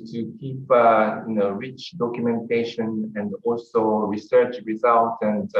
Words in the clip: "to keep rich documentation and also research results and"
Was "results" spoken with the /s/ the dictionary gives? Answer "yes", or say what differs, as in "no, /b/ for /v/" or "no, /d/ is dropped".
no, /s/ is dropped